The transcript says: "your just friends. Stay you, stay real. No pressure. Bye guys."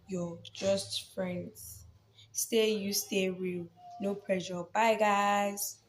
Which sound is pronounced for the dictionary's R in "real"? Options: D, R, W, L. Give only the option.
W